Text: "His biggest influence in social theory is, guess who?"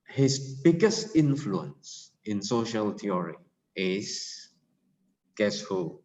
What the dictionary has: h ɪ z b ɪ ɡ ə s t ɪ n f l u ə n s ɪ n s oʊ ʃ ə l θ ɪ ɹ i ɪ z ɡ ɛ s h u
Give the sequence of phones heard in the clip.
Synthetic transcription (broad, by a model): h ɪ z b ɪ ɡ ə s t ɪ n f l u ə n s ɪ n s oʊ ʃ ə l t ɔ ɹ i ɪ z ɡ ɛ s h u